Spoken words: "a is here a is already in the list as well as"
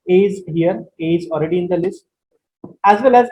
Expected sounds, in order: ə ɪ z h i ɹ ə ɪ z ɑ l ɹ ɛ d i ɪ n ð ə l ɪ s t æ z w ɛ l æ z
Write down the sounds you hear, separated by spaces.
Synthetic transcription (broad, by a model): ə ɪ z h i ɹ ə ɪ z ɑ l ɹ ɛ d i ɪ n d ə l ɪ s t æ z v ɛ l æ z